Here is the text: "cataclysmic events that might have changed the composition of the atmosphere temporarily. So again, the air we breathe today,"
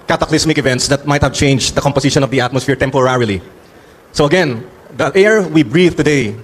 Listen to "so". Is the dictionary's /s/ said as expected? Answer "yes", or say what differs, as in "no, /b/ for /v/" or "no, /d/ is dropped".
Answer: yes